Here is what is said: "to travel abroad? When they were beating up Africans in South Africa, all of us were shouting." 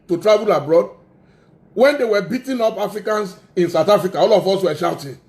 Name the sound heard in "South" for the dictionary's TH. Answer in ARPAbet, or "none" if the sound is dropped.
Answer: T